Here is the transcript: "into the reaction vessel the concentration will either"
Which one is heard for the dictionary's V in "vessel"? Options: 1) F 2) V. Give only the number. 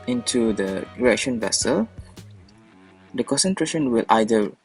2